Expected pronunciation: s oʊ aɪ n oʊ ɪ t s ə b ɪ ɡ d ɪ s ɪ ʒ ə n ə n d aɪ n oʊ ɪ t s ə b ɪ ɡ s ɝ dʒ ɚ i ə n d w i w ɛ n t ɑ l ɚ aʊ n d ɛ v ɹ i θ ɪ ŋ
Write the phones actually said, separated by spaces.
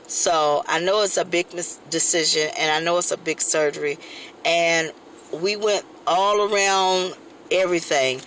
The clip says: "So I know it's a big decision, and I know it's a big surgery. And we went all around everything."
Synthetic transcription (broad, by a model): s oʊ aɪ n oʊ ɪ t s ə b ɪ ɡ d ɪ s ɪ ʒ ə n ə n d aɪ n oʊ ɪ t s ə b ɪ ɡ s ɝ dʒ ɚ i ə n w i w ɛ n t ɑ l ɚ aʊ n d ɛ v ɹ i θ ɪ ŋ